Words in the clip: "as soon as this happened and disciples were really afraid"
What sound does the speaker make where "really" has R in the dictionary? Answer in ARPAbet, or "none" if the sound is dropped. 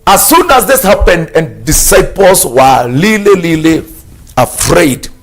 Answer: L